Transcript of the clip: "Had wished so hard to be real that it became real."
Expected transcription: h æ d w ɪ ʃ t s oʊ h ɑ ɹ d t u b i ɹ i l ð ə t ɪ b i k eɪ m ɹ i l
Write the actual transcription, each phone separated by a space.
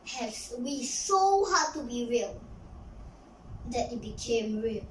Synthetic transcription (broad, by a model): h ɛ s w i s oʊ h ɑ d t u b i ɹ i l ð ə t ɪ b i k eɪ m ɹ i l